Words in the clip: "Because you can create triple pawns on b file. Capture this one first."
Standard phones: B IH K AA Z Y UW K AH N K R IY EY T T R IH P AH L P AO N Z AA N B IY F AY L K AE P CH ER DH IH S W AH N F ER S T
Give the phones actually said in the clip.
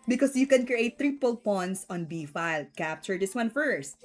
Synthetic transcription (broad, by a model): B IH K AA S Y UW K AH N K R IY EY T T R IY P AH L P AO N S AA N B IY F AY L K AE P CH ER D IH S W AH N F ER S T